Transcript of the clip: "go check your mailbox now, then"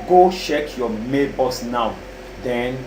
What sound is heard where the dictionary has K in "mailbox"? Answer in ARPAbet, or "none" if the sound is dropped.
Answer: none